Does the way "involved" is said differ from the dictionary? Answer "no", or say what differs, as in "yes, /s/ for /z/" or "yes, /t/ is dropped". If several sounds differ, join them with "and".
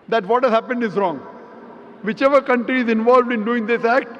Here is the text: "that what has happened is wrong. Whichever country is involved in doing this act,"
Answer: no